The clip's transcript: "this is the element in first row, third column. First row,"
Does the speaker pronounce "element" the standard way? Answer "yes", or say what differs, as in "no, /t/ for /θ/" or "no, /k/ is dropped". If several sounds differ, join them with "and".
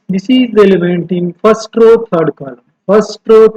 yes